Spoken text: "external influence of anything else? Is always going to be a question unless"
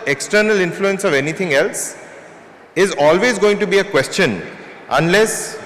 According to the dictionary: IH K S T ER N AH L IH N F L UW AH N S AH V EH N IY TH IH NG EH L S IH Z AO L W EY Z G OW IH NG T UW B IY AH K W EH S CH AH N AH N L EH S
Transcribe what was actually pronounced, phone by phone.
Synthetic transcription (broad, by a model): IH K S T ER N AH L IH N F L UW AH N S AH V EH N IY T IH NG EH L S IH Z AO L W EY Z G OW IH NG T UW B IY AH K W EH S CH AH N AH N L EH S